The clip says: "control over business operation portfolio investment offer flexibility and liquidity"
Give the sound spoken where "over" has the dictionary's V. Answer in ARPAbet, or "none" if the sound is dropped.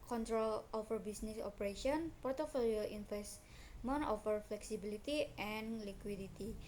F